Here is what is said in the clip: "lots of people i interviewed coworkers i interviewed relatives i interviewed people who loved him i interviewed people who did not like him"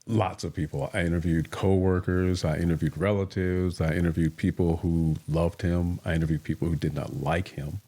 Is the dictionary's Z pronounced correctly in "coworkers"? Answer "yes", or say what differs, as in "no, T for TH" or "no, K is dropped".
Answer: yes